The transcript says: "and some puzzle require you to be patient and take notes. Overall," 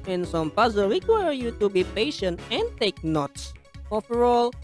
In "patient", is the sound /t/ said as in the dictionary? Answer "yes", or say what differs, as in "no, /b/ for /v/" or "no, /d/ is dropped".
yes